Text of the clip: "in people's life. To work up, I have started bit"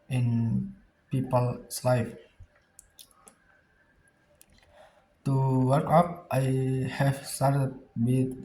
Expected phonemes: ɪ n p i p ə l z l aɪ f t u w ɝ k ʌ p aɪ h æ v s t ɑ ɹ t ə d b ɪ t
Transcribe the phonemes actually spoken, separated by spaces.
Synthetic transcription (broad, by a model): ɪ n p i p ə l s l aɪ f t u w ɝ k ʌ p aɪ h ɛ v s t ɑ ɹ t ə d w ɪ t